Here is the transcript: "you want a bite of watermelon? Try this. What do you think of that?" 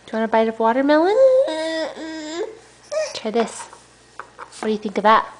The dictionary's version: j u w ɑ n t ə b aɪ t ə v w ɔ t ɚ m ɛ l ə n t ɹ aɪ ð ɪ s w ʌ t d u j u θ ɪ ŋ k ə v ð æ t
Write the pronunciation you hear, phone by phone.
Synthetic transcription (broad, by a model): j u w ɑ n ə b aɪ t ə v w ɔ t ɚ m ɛ l ə n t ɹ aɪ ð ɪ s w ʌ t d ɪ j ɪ θ ɪ ŋ k ə v ð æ t